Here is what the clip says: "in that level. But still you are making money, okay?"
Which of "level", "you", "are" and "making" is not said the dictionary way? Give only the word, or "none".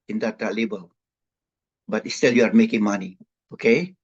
level